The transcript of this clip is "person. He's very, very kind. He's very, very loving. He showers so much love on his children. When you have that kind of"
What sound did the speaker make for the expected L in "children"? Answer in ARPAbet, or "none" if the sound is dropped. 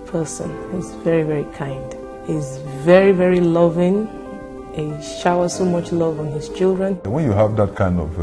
L